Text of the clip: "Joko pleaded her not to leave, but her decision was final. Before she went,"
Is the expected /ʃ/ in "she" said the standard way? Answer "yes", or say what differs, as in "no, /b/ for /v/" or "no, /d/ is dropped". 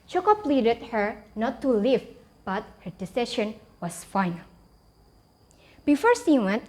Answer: no, /s/ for /ʃ/